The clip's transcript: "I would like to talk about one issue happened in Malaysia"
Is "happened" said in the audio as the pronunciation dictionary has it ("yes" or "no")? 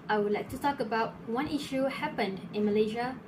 yes